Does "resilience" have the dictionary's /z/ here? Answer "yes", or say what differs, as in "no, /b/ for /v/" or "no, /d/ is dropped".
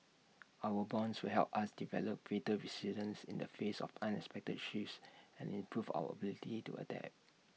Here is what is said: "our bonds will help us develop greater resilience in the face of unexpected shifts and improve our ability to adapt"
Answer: no, /s/ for /z/